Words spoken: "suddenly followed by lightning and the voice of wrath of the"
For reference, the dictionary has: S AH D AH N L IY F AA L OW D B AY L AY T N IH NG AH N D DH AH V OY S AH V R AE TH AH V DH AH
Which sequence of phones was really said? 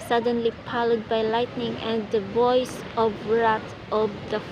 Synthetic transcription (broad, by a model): S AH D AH N L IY P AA L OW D B AY L AY T N IH NG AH N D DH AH V OY S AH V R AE T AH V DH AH